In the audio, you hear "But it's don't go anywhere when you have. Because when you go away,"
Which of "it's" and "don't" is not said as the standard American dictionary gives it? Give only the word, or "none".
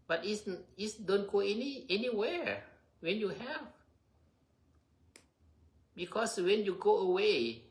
it's